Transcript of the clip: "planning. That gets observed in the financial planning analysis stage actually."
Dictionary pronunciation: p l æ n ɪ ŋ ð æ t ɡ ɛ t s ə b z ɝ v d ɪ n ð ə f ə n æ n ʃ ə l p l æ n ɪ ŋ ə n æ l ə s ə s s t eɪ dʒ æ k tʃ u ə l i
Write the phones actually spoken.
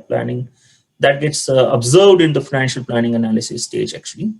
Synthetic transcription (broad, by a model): p l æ n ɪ ŋ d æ t ɡ ɛ t s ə b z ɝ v d ɪ n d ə f ə n æ n ʃ ə l p l æ n ɪ ŋ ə n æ l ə s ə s s t eɪ dʒ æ k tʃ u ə l i